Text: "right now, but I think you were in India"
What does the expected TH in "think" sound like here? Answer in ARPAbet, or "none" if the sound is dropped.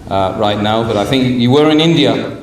TH